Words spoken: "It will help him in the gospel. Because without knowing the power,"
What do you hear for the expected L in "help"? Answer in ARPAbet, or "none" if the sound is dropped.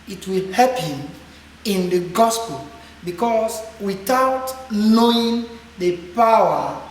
none